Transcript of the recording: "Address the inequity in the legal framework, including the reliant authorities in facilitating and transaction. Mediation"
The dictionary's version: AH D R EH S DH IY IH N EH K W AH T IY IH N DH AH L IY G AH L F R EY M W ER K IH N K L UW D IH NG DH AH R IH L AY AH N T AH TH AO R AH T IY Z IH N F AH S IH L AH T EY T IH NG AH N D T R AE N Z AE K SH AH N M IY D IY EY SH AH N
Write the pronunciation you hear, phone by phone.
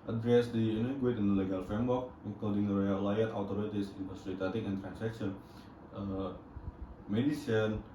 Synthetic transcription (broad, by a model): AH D R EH S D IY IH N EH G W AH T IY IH N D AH L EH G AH L F R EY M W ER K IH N K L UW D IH NG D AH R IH L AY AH T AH T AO R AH T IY S IH N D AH S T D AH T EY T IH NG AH N T R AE N S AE K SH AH N M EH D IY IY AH N